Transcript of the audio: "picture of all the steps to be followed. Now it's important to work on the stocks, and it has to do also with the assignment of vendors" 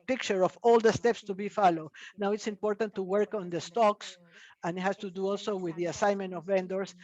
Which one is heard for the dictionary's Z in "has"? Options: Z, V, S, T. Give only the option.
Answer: S